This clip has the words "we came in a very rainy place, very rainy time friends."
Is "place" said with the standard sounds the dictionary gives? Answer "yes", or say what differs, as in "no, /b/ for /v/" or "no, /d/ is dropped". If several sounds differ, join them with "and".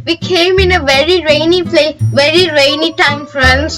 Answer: no, /s/ is dropped